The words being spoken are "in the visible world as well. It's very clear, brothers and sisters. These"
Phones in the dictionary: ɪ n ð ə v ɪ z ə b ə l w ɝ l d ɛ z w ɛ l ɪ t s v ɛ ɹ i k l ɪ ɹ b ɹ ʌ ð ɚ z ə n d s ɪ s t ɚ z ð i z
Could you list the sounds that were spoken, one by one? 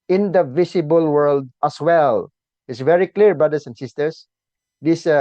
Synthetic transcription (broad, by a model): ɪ n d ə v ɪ s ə b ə l w ɝ l d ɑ s w ɛ l ɪ t s v ɛ ɹ i k l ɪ ɹ b ɹ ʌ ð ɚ s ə n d s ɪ s t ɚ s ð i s